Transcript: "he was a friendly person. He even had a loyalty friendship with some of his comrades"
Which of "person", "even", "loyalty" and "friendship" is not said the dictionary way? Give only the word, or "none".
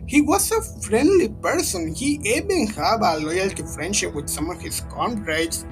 even